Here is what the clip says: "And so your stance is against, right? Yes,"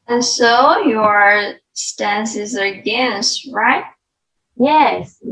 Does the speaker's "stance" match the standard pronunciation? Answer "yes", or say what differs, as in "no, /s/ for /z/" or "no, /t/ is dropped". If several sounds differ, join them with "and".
yes